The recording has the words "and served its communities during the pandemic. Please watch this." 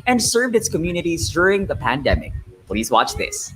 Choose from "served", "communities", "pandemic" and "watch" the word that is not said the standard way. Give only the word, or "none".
none